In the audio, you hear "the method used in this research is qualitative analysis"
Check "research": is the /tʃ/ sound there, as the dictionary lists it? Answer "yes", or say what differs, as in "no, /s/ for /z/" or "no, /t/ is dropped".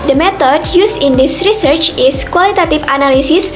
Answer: yes